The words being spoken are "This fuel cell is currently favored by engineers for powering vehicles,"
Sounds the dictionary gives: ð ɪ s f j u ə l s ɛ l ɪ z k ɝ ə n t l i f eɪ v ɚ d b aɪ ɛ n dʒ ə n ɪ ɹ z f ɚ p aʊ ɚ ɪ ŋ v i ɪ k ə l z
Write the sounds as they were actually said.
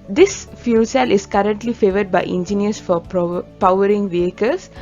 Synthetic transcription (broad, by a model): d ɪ s f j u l s ɛ l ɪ s k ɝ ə n t l i f eɪ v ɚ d b aɪ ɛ n dʒ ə n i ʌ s f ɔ p aʊ ɚ ɪ ŋ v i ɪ k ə l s